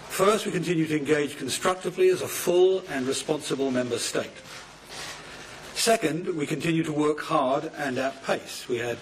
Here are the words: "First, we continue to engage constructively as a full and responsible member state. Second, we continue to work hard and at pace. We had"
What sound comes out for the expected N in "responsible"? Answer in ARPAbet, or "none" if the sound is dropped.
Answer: N